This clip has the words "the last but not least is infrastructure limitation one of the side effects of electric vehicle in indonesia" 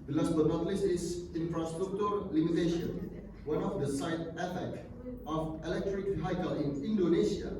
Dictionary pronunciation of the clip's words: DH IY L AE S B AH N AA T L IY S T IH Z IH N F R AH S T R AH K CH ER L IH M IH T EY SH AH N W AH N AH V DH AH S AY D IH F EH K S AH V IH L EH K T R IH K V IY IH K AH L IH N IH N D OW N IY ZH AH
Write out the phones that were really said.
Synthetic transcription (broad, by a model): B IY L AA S B AH N AA T L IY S IH S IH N F R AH S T R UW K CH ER L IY M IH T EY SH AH N W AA N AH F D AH S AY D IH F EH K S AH F IH L EH K T R IH K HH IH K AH L IH N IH N D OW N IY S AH